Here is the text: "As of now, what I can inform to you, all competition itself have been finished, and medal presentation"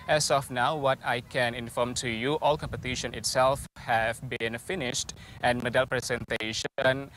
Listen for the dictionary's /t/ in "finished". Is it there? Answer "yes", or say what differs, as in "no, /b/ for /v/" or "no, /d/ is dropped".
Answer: yes